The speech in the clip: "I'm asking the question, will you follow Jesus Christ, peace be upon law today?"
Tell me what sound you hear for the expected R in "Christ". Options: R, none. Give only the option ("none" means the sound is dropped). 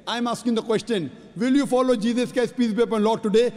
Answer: none